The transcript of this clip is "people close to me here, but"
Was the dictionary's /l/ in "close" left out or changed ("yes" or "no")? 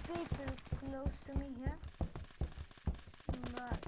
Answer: no